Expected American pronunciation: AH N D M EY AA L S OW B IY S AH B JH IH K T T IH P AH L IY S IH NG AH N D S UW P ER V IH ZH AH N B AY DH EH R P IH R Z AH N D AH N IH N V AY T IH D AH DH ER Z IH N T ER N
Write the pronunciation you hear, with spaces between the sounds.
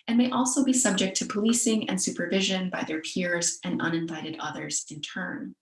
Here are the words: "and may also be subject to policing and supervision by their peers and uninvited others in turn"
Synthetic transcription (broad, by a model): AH N M EY AA L S OW B IY S AH B JH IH K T T IH P AH L IY S IH NG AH N S UW P ER V IH ZH AH N B AY DH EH R P IH R Z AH N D AH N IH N V AY T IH D AH DH ER Z IH N T ER N